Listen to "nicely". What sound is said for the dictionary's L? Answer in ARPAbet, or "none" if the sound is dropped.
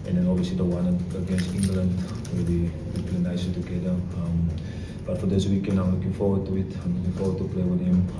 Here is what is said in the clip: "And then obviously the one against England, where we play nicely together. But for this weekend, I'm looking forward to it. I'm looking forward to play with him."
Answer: none